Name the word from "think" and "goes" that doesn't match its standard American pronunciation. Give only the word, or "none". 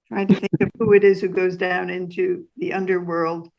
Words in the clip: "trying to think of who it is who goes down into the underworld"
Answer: none